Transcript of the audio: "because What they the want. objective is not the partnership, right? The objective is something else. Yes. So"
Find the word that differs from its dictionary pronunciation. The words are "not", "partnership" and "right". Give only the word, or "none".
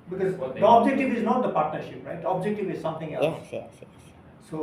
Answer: none